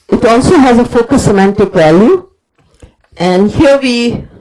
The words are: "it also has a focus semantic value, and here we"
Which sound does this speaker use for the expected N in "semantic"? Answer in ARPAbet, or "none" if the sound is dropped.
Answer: N